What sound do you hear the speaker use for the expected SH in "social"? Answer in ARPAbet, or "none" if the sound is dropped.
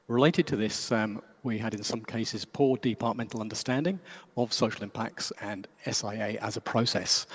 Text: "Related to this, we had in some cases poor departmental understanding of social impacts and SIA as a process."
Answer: SH